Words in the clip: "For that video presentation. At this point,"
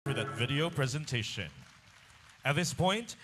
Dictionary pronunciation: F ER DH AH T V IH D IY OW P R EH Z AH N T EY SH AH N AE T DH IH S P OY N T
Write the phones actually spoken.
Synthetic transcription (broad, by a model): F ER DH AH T V IH D IY OW P R EH Z AH N T EY SH AH N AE T DH IH S P OY N T